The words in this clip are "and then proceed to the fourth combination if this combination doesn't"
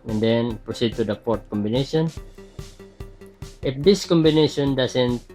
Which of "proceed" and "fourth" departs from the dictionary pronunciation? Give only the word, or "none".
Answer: fourth